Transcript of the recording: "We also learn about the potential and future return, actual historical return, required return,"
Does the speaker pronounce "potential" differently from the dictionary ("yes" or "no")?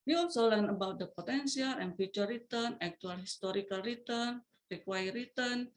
yes